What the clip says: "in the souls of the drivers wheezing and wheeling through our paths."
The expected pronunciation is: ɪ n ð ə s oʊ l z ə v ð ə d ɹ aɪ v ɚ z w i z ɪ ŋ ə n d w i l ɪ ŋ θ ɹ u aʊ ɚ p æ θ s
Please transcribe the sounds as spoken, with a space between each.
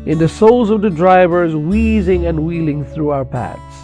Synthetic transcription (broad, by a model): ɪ n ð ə s oʊ l z ə v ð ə d ɹ aɪ v ɚ z w i z ɪ ŋ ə n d w i l ɪ ŋ θ ɹ u aʊ ɚ p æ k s